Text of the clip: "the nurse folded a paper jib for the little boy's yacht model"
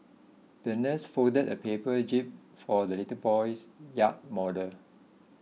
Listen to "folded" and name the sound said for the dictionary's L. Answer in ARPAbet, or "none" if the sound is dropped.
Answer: none